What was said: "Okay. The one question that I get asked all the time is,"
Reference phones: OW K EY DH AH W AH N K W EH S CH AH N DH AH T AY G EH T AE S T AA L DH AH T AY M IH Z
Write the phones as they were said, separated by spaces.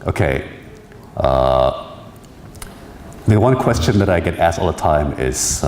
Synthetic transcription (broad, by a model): OW K EY DH AH W AH N K W EH S CH AH N DH AH T AY G EH T AE S T AA L DH AH T AY M IH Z